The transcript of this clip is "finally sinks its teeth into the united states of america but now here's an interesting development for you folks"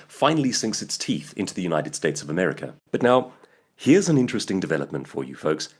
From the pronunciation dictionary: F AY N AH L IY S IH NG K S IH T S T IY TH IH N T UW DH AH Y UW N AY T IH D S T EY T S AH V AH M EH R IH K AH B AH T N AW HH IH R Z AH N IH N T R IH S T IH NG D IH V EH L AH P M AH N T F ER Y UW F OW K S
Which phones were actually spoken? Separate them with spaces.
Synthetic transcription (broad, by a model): F AY N L IY S IH NG K S IH T S T IY TH IH N T UW DH AH Y UW N AY T IH D S T EY T S AH V AH M EH R IH K AH B AH T N AW HH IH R Z AH N IH N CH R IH S T IH NG D IH V EH L AH P M AH N T F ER Y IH F OW K S